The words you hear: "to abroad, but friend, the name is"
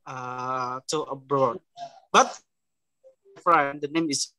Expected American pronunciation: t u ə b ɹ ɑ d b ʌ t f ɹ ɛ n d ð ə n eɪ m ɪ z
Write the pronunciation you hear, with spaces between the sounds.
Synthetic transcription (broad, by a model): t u ə b ɹ ɑ d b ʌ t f ɹ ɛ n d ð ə n eɪ m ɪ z